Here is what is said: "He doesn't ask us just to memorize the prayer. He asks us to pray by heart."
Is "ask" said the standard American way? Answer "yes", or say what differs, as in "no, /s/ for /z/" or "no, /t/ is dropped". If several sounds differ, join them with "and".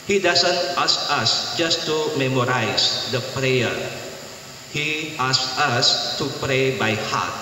no, /k/ is dropped